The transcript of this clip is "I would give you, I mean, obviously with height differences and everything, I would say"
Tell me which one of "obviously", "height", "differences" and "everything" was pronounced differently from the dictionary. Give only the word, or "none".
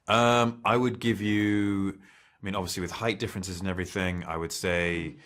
none